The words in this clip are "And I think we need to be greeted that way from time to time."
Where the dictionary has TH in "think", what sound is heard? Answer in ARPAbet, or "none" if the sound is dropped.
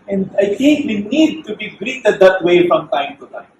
T